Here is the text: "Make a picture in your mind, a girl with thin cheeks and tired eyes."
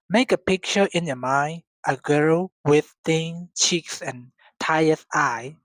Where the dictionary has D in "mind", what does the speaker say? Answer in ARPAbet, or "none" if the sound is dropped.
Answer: none